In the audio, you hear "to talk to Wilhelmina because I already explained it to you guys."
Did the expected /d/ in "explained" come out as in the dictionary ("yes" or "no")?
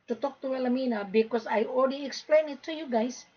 no